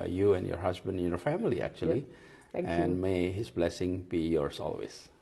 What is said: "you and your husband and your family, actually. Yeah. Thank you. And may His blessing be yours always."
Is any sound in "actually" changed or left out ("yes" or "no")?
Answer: yes